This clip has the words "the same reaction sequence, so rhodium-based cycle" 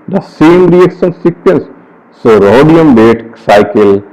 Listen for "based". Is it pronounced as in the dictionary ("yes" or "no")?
no